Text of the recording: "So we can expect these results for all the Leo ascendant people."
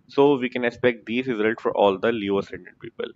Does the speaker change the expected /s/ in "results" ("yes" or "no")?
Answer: yes